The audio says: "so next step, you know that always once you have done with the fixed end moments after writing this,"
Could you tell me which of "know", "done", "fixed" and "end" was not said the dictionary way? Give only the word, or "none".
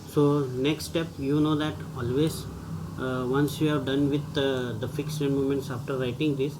fixed